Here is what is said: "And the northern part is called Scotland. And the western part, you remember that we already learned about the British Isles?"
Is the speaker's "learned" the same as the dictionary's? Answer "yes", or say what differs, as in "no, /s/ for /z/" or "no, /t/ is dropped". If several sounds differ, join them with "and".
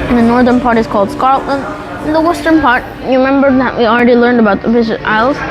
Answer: yes